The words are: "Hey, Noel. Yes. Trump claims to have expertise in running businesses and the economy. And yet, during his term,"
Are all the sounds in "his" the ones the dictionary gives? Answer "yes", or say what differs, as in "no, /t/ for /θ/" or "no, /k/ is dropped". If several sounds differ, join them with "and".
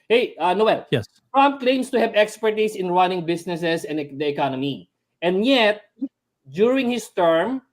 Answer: no, /s/ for /z/